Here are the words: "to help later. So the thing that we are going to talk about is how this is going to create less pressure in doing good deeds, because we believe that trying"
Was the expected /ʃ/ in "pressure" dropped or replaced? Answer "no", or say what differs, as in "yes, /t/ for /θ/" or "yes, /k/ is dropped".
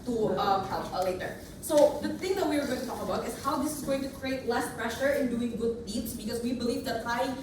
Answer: no